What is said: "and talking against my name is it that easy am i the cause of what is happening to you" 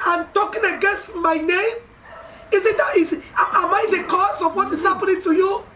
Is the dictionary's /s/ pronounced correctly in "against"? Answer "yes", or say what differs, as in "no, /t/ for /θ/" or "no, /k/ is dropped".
yes